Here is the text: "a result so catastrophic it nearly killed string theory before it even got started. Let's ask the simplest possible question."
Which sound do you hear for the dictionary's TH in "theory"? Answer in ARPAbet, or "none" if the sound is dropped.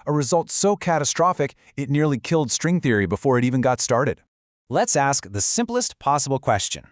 TH